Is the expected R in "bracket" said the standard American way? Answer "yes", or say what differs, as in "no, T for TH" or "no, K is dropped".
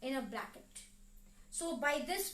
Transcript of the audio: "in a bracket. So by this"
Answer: no, L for R